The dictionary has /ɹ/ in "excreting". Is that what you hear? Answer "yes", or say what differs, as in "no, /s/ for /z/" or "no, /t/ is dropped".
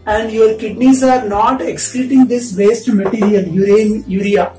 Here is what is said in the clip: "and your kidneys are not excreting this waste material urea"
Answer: no, /ɹ/ is dropped